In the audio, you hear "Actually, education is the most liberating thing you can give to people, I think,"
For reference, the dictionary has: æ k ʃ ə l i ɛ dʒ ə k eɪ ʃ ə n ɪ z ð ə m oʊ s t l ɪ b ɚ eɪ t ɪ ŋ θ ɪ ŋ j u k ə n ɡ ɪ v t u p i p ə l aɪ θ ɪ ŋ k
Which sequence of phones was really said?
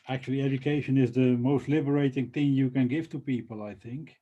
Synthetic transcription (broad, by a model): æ k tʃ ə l i ɛ dʒ ə k eɪ ʃ ə n ɪ z ð ə m oʊ s t l ɪ b ɚ eɪ t ɪ ŋ θ ɪ ŋ j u k ə n ɡ ɪ v t u p i p ə l aɪ θ ɪ ŋ k